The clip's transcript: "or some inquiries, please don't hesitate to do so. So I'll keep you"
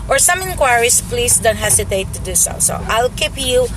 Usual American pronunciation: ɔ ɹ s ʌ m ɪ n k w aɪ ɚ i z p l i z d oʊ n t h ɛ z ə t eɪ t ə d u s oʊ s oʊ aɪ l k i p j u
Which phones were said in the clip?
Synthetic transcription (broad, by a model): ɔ ɹ s ʌ m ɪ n k w aɪ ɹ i s p l i s d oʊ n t h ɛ s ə t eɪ t ə d u s oʊ s oʊ aɪ l k i p j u